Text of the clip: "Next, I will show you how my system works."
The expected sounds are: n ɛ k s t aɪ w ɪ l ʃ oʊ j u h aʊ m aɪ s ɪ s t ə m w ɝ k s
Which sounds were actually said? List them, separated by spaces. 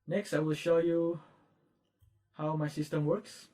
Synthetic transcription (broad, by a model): n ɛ k s t aɪ w ɪ l ʃ oʊ j u h aʊ m aɪ s ɪ s t ə m w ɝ k s